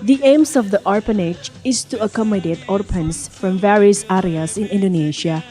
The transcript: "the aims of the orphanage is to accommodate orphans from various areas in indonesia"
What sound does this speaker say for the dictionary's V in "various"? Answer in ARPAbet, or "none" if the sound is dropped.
V